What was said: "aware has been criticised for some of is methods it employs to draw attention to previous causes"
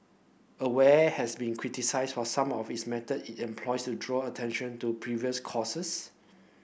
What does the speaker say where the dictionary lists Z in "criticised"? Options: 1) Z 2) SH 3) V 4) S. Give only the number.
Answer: 4